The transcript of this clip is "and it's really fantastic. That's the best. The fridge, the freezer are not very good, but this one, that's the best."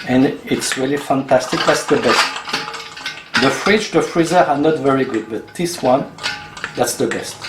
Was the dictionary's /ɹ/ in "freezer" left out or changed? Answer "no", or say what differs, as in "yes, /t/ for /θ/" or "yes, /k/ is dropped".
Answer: no